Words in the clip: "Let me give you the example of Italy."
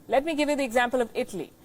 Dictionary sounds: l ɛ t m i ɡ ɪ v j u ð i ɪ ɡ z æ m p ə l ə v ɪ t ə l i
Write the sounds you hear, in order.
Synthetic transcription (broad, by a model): l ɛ t m i ɡ ɪ v j u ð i ɪ ɡ z æ m p ə l ə v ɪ t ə l i